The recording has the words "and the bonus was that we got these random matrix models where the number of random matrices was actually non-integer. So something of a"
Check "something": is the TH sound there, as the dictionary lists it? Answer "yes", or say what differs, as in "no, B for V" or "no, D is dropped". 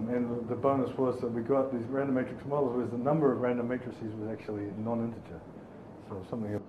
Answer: yes